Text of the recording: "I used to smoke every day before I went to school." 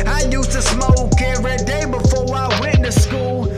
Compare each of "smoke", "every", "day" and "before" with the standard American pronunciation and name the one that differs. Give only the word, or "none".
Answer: every